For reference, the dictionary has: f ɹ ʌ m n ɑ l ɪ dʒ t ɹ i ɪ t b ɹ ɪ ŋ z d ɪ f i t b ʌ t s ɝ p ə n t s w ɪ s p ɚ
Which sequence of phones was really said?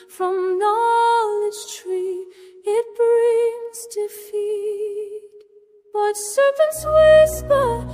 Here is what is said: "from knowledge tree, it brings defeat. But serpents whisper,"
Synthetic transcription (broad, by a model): f ɹ ʌ m n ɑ l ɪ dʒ t ɹ i ɪ t b ɹ ɪ ŋ z d ɪ f i t b ʌ t s ɝ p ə n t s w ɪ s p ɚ